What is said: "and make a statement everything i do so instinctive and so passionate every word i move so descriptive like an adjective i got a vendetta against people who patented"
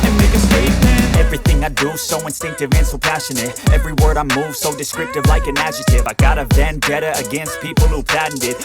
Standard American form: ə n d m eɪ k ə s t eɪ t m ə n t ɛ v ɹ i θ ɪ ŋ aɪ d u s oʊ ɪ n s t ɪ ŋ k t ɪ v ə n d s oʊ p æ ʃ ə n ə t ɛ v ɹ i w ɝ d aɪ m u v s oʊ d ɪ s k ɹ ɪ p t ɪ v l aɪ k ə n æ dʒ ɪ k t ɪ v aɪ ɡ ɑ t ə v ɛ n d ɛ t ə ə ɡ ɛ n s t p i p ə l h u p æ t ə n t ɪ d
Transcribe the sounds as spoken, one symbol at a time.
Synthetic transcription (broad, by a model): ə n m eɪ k ə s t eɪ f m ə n ɛ v ɹ i θ ɪ ŋ aɪ d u s oʊ ɪ n s t ɪ ŋ k t ɪ v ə n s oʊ p æ ʃ ə n ə t ɛ v ɹ i w ɝ d aɪ m u v s oʊ d ɪ s k ɹ ɪ p t ɪ v l aɪ k ə n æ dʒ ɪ t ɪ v aɪ ɡ ɑ t ə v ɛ n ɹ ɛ t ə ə ɡ ɛ n s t p i p l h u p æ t n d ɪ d